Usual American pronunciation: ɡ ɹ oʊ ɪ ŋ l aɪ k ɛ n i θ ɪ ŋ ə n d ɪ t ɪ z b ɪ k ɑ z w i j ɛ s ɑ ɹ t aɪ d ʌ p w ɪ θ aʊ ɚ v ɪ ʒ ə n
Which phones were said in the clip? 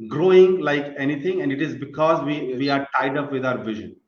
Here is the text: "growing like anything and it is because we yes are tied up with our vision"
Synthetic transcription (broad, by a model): ɡ ɹ oʊ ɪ ŋ l aɪ k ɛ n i t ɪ ŋ ə n d ɪ t ɪ z b ɪ k ɑ z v i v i ɑ ɹ t aɪ d ʌ p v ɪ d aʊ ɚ v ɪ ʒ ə n